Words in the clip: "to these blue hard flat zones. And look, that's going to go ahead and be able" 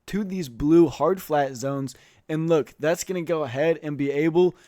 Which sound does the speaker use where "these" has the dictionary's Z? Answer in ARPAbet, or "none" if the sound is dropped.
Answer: Z